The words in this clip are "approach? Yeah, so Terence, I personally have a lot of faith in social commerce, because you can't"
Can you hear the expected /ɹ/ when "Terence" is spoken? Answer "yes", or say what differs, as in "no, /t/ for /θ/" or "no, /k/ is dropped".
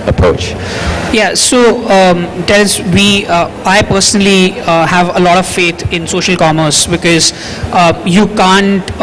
no, /l/ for /ɹ/